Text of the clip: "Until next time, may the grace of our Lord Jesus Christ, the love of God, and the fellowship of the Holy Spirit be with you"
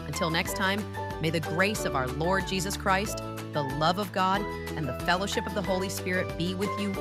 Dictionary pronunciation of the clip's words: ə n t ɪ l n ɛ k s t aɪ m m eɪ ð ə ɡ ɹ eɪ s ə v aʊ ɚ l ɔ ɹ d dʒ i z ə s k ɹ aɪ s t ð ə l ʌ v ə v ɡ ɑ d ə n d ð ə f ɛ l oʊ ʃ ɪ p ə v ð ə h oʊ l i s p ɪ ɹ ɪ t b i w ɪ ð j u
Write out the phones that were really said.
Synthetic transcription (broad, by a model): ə n t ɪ l n ɛ k s t aɪ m m eɪ ð ə ɡ ɹ eɪ s ə v aʊ ɚ l ɔ ɹ d dʒ i z ə s k ɹ aɪ s t ð ə l ʌ v ə v ɡ ɑ d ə n ð ə f ɛ l oʊ ʃ ɪ p ə v ð ə h oʊ l i s p ɪ ɹ ɪ t b i w ɪ ð j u